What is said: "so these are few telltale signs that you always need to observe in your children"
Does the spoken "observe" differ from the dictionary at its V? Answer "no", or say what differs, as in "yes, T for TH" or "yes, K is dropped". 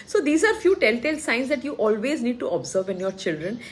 no